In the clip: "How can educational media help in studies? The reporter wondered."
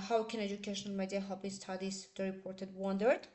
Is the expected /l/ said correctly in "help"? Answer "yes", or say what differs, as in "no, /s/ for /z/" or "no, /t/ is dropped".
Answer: no, /l/ is dropped